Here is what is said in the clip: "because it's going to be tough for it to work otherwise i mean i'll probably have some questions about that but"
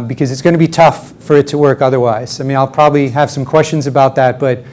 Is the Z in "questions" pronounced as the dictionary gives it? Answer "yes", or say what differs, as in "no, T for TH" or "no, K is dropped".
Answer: yes